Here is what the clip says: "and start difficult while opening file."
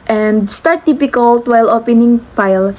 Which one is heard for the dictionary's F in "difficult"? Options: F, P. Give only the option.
P